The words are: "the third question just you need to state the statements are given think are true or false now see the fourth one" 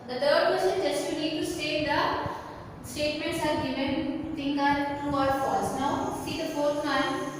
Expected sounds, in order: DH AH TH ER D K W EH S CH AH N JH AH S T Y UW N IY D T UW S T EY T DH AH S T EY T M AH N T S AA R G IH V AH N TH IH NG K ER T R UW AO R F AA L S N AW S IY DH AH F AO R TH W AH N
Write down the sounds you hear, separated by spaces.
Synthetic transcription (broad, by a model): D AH T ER D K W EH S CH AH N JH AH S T Y UW N IY D T UW S T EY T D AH S T EY T M AH N T S AA R G IH V AH N T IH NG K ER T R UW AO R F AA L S N AW S IY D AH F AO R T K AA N